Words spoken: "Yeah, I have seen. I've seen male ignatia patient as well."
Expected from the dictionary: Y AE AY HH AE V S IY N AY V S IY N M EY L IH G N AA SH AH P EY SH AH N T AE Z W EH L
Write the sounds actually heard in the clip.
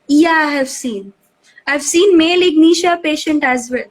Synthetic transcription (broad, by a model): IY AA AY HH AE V S IY N AY V S IY N M EY L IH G N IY SH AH P EY SH AH N T AE Z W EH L